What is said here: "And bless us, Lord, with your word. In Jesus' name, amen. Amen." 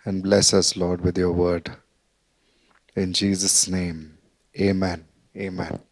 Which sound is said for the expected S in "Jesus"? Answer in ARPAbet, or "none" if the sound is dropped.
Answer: S